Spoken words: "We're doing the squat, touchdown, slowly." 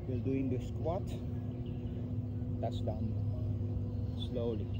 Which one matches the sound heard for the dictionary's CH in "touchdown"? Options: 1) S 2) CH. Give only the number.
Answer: 1